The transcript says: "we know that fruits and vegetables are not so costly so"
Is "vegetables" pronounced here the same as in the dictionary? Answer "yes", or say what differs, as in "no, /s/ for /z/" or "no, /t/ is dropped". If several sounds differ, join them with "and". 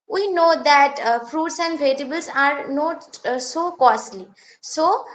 no, /dʒ/ is dropped